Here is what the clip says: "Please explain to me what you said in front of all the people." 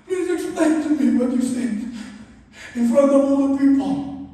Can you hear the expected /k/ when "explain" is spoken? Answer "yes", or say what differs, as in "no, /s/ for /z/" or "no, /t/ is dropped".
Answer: no, /k/ is dropped